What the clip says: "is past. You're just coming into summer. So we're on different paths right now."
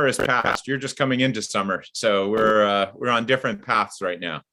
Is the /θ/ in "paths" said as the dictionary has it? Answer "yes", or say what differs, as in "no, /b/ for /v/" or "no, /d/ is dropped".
yes